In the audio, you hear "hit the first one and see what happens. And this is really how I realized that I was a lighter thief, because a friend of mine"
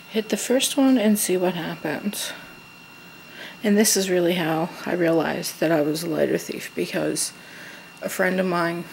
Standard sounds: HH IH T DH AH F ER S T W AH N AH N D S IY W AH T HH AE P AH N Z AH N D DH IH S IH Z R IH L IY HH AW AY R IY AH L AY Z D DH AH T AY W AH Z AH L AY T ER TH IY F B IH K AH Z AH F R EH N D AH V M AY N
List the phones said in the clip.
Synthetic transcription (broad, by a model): HH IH T DH AH F ER S T W AH N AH N S IY W AH T HH AE P AH N Z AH N DH IH S IH Z R IH L IY HH AW AY R IY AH L AY Z DH AH T AY W AH Z AH L AY T ER TH IY F B IH K AH Z AH F R EH N D AH V M AY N